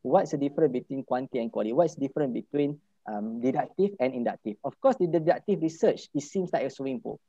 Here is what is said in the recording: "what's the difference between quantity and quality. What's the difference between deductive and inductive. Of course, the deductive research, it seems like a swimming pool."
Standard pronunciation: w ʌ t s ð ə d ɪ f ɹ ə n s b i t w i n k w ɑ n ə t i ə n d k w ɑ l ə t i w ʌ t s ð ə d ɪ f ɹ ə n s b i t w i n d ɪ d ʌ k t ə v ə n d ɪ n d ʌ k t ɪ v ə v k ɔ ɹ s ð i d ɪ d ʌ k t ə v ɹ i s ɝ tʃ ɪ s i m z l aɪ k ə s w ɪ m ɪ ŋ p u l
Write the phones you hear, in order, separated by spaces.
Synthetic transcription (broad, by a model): w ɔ t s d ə d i f ɹ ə n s b i t w i n k w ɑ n t i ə n k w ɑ l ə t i w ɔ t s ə d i f ɹ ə n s b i t w i n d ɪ d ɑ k t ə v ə n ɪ n d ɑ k t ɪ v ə f k ɔ s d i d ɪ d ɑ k t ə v ɹ i s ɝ tʃ ɪ s i m s l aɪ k ə s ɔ ɪ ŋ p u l